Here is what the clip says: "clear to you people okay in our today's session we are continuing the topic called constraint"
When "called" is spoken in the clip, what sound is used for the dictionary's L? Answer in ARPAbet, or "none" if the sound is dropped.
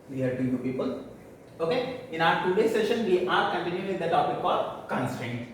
none